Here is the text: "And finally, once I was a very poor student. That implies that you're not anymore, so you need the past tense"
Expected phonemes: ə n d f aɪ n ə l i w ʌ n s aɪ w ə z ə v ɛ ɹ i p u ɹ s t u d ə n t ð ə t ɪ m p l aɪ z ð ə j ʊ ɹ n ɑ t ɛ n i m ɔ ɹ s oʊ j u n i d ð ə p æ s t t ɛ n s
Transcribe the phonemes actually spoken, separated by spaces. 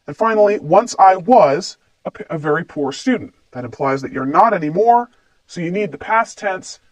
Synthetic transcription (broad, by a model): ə n f aɪ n l i w ʌ n s aɪ w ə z ə v ɛ ɹ i p u ɹ s t u d n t ð ə t ɪ m p l aɪ z ð ə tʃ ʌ ɹ n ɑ t ɛ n i m ɔ ɹ s oʊ j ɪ n i d ð ə p æ s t t ɛ n s